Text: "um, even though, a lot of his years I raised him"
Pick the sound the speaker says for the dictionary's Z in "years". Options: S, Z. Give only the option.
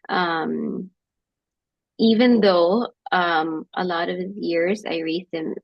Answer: Z